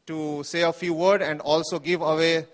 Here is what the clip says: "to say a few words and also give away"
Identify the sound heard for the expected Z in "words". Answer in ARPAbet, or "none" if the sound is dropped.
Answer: none